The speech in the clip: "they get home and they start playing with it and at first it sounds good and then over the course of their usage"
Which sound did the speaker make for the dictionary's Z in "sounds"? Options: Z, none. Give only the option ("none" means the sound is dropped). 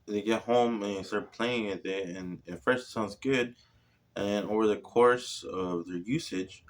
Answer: Z